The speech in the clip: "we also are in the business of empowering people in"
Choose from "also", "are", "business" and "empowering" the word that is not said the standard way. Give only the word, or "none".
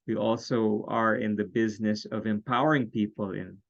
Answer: none